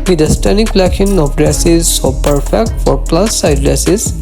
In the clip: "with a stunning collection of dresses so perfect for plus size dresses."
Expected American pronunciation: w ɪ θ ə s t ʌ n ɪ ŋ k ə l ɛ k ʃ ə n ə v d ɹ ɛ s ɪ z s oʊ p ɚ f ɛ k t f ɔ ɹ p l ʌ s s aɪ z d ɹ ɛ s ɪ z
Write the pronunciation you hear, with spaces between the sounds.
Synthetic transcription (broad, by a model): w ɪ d ə s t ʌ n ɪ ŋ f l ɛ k ə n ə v d ɹ ɛ s ɪ z s oʊ p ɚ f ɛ k t f ɔ ɹ p l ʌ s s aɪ d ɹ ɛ s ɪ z